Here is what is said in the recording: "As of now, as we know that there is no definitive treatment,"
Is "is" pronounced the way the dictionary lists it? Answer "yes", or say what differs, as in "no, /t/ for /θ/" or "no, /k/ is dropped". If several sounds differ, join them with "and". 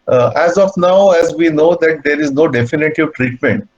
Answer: yes